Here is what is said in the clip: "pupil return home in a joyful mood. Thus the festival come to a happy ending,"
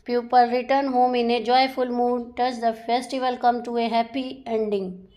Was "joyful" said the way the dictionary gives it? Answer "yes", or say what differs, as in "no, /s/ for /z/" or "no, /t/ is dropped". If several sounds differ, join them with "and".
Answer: yes